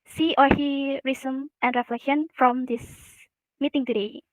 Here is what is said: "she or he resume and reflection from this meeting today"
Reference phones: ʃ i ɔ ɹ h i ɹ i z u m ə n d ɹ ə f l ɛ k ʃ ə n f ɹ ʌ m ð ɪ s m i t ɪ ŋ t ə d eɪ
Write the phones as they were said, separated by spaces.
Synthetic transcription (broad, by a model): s i ɔ ɹ h i ɹ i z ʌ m ə n d ɹ ə f l ɛ k ʃ ə n f ɹ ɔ m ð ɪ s m i t ɪ ŋ t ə d eɪ